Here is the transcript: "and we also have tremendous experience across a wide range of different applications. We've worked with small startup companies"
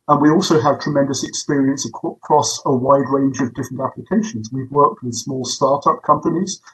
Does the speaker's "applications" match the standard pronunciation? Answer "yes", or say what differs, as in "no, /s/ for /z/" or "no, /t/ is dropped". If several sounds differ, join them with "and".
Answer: yes